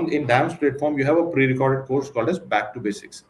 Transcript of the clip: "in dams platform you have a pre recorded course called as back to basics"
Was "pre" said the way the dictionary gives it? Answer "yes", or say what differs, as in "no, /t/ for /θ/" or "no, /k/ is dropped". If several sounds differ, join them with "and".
yes